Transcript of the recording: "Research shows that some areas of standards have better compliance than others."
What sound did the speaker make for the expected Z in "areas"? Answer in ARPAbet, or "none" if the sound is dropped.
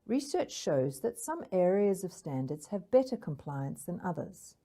Z